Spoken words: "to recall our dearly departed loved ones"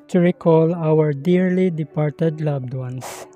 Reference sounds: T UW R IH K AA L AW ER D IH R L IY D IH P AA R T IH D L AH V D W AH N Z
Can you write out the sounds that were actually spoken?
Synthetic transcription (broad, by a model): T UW R IH K AA L AW ER D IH R L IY D IH P AA R T IH D L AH B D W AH N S